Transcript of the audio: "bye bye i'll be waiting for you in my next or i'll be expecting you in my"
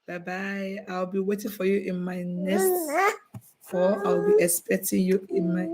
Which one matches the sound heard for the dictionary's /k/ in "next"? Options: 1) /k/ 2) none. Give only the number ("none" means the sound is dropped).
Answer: 2